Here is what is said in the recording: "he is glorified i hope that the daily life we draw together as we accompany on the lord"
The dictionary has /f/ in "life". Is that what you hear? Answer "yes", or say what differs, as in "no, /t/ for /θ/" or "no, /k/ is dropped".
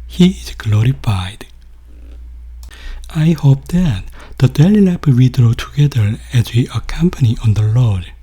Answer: no, /p/ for /f/